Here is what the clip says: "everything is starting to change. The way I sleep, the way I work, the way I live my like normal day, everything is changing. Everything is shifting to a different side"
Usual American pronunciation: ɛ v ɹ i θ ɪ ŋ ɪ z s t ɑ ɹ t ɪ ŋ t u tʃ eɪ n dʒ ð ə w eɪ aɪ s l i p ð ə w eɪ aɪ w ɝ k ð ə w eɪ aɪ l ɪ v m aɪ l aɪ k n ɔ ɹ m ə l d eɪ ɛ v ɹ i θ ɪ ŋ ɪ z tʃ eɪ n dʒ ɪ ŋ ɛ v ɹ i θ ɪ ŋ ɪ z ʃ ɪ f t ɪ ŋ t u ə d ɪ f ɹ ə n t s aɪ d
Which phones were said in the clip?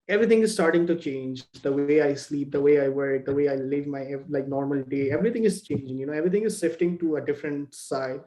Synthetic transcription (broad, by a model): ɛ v ɹ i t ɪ ŋ ɪ z s t ɑ ɹ t ɪ ŋ t u tʃ eɪ n dʒ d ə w eɪ aɪ s l i p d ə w eɪ aɪ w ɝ k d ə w eɪ aɪ l ɪ v m aɪ l aɪ k n ɔ ɹ m ə l d eɪ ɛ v ɹ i t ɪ ŋ ɪ z tʃ eɪ n dʒ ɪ ŋ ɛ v ɹ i t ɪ ŋ ɪ z s ɪ f t ɪ ŋ t u ə d ɪ f ɹ ə n t s aɪ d